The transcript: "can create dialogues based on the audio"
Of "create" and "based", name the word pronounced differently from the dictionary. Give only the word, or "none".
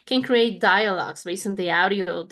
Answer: based